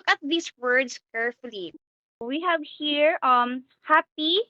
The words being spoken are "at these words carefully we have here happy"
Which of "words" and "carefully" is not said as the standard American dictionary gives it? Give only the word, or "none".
words